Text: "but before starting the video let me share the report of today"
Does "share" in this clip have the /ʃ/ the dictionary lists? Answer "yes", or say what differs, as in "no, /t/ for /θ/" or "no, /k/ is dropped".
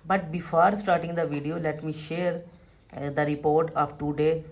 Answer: yes